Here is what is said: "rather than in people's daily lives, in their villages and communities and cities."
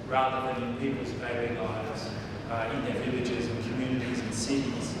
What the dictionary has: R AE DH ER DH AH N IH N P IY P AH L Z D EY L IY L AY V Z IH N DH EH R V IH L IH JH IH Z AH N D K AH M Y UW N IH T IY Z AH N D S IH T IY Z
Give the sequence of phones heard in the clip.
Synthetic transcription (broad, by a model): R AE DH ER DH AH N IH N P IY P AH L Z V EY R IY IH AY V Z IH N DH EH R V IH L IH JH IH Z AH N K AH M Y UW N IH T IY Z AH N S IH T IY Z